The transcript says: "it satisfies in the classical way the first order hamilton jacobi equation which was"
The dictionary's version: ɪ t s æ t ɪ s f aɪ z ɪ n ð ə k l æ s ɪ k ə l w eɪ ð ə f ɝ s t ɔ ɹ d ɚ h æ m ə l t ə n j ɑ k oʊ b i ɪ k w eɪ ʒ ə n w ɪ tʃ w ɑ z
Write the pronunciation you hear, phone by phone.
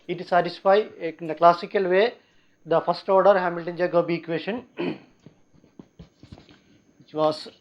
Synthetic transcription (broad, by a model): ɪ t s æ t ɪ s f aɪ ɪ n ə k l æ s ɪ k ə l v eɪ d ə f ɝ s t ɔ ɹ d ɚ h æ m ə l t ə n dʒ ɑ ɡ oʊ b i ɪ k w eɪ ʃ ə n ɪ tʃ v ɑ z